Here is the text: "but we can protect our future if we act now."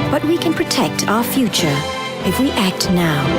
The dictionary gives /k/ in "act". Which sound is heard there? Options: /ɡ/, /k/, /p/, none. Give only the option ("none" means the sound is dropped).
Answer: /k/